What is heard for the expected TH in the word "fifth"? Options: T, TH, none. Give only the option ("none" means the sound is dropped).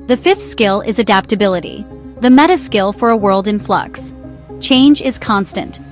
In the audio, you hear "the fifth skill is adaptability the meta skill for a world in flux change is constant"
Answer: TH